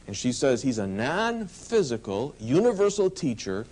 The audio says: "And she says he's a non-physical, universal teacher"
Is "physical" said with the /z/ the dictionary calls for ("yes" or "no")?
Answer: yes